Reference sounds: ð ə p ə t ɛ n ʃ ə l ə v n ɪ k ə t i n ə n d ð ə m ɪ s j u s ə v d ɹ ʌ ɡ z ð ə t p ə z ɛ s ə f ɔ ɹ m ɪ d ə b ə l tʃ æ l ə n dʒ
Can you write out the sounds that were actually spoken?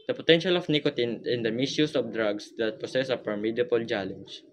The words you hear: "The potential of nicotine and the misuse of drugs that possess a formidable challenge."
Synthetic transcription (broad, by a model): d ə p ə t ɛ n ʃ ə l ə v n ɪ k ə t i n ə n d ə m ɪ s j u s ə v d ɹ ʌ ɡ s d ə t p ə s ɛ s ə p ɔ ɹ m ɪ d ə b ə l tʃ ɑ l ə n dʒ